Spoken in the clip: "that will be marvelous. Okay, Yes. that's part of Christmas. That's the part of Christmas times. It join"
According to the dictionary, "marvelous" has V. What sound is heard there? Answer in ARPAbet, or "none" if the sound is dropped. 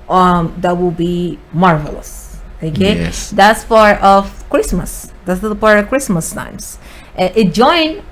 V